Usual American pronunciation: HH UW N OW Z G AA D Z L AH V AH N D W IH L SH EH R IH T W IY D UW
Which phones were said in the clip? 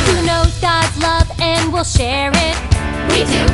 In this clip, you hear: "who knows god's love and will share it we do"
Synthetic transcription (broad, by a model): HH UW N OW G AA D L AH V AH N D W IH L SH EH R IH T W IY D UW